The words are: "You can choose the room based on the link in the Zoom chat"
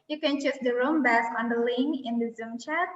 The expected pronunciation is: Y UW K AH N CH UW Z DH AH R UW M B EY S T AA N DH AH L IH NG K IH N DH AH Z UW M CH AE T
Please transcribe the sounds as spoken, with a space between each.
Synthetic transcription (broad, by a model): Y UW K AH N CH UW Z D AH R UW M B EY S AA N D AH L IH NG IH N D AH Z UW M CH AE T